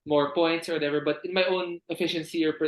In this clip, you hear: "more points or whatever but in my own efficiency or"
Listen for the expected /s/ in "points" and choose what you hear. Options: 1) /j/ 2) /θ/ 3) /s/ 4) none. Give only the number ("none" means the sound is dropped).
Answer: 3